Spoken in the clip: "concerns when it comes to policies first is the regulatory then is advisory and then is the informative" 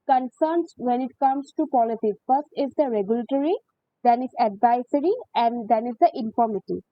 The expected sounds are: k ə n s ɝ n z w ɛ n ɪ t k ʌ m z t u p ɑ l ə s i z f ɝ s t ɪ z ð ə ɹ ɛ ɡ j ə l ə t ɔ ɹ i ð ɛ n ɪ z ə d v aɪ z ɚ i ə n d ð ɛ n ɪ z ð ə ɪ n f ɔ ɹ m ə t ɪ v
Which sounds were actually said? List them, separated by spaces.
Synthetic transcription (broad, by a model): k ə n s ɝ n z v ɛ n ɪ t k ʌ m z t u p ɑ l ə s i f ɝ s t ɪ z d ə ɹ ɛ ɡ j ə l ə t ɔ ɹ i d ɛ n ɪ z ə d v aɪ s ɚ i ə n d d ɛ n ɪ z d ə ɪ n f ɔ ɹ m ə t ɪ